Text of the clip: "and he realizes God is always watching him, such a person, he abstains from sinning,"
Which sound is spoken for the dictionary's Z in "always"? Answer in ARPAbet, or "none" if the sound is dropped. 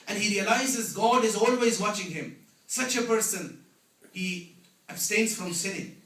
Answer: Z